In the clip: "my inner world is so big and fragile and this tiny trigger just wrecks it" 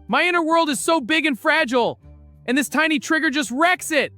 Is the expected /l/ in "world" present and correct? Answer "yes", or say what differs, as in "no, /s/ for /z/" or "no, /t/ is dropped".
yes